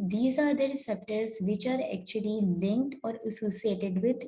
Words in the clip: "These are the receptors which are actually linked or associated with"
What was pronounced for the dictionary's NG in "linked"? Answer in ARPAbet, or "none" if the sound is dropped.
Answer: NG